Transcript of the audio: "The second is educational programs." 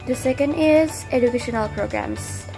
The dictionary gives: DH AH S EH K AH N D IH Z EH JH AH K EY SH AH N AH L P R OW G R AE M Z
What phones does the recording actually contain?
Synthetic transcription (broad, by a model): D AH S EH K AH N D IH Z EH JH AH K EY SH AH N AH L P R OW G R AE M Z